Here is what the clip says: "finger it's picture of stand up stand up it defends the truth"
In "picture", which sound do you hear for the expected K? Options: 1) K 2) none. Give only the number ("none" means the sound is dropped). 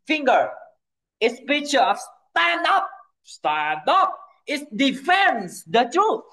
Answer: 2